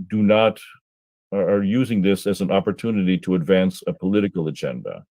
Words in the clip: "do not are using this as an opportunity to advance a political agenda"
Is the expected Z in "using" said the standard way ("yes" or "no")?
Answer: yes